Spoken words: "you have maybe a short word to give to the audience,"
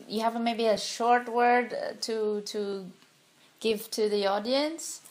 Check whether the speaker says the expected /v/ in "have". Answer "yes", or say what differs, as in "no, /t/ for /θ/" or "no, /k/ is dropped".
yes